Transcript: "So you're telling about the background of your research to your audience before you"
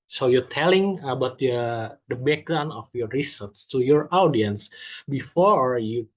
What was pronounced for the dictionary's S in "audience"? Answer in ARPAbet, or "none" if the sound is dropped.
S